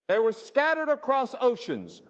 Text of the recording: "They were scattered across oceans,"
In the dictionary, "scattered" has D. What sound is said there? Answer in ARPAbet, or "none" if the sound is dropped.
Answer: D